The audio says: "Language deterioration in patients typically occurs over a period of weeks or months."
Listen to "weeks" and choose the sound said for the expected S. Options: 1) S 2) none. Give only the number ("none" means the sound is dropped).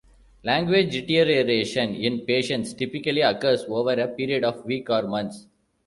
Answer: 2